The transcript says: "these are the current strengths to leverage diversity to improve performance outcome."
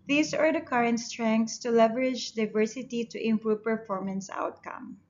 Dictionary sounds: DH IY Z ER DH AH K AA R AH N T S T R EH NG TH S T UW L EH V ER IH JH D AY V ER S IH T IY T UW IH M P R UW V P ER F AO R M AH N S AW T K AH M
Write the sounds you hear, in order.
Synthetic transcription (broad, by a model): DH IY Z ER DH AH K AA R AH N T S T R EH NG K S T UW L EH V ER IH JH D AY V ER S IH T IY T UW IH M P R UW V P ER F AO R M AH N S AW T K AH M